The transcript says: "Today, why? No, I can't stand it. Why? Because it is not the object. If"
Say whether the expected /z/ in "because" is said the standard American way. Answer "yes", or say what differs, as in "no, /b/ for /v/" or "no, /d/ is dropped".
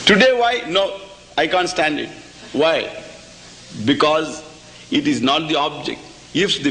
yes